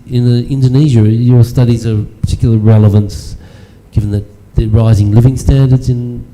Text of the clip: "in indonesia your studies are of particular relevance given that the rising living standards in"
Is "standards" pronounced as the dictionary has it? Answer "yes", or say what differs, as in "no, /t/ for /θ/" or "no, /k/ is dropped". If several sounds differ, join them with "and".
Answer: yes